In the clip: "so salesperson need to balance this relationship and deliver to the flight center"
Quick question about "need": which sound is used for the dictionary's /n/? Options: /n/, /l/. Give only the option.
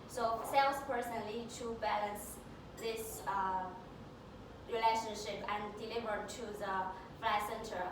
/l/